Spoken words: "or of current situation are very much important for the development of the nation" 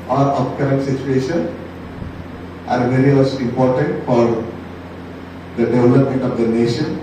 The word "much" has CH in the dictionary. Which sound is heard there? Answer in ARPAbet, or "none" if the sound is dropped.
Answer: S